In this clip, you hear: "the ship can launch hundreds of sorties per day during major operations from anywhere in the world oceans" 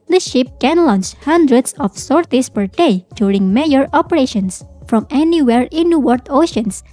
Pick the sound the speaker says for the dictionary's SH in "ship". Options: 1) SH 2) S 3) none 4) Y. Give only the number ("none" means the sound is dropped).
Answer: 1